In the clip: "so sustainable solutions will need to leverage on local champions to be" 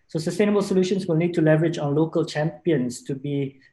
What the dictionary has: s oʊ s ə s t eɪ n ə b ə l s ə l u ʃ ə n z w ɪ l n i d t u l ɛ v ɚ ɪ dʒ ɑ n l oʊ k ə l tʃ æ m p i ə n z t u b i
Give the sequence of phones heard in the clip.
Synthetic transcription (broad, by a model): s oʊ s ə s t eɪ n ə b ə l s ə l u ʃ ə n s w ɪ l n i d t u l ɛ v ɚ ɪ dʒ ɑ n l oʊ k ə l tʃ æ m p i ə n s t u b i